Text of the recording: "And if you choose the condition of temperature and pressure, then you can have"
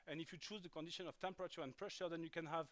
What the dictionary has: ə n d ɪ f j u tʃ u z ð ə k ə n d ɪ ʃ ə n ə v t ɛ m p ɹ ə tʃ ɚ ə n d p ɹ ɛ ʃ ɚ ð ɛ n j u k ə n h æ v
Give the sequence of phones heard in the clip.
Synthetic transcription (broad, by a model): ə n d ɪ f j u tʃ u z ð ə k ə n d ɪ ʃ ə n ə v t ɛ m p ɹ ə tʃ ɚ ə n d p ɹ ɛ ʃ ɚ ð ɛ n j u k ə n h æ v